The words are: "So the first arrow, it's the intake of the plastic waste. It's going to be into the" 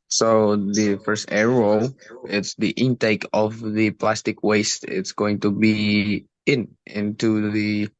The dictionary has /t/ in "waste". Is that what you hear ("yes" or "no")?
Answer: yes